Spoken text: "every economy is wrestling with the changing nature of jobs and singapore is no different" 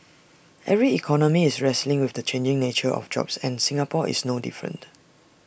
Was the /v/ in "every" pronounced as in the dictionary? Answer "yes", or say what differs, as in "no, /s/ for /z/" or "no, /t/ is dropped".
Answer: yes